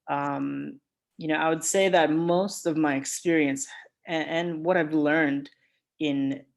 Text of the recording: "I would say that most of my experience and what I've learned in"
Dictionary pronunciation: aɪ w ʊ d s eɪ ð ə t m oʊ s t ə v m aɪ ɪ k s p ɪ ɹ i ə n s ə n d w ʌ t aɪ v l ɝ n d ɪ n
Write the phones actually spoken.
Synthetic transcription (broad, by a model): aɪ w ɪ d s eɪ ð ə t m oʊ s t ə v m aɪ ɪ k s p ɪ ɹ i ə n s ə n w ʌ t aɪ v l ɝ n d ɪ n